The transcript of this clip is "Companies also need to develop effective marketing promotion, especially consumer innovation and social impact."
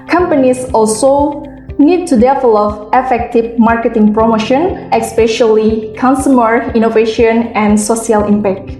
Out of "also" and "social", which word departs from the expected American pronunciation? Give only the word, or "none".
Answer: social